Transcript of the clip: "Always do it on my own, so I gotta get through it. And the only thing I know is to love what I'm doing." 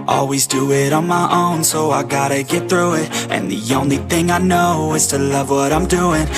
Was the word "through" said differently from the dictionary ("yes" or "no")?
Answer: no